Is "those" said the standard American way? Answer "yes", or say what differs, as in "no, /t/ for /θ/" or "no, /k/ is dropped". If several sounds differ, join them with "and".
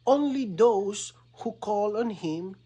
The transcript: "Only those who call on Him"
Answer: no, /s/ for /z/